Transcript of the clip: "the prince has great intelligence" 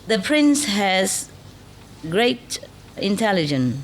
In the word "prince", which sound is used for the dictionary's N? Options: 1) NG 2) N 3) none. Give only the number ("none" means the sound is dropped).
2